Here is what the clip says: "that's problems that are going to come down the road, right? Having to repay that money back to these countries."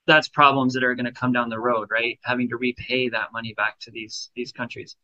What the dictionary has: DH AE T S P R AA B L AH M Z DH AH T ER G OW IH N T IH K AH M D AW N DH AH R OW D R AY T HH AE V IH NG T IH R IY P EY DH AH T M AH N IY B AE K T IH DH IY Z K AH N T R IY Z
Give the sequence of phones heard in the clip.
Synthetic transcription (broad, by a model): DH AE T S P R AA B L AH M Z DH AH T ER G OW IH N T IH K AH M D AW N DH AH R OW D R AY T HH AE V IH NG T IH R IY P EY DH AH T M AH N IY B AE K T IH DH IY Z K AH N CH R IY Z